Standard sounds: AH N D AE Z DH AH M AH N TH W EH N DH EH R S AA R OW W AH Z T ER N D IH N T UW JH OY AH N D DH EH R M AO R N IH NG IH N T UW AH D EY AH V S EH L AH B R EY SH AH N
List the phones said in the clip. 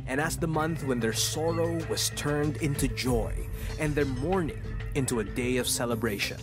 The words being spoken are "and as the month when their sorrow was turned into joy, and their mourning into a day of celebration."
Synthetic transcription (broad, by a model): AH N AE S DH AH M AH N TH W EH N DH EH R S AA R OW W AH Z T ER N D IH N T UW JH OY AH N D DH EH R M AO R N IH NG IH N T UW AH D EY AH V S EH L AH B R EY SH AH N